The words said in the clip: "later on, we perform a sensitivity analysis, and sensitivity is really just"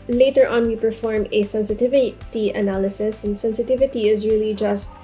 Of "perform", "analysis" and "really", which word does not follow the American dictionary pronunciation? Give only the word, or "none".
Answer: none